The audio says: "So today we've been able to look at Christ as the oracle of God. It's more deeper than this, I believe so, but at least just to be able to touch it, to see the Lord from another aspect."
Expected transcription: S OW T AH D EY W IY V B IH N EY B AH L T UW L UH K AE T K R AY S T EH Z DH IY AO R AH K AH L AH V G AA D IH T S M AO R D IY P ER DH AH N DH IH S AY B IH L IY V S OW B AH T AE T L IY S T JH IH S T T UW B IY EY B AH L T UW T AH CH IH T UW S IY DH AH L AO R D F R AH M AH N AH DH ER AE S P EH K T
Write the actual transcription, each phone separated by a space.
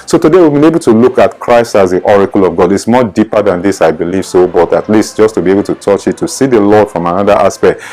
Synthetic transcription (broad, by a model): S OW T AH D EY W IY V B IH N EY B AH L T UW L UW K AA T K R AY S T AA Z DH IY AO R AH K AH L AH V G AA D IH T S M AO D IY P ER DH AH N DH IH S AY B IH L IY V S OW B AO T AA T L IY S T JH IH S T T UW B IY EY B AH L T UW T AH CH IH T UW S IY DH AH L AO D F R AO M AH N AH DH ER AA S P EH K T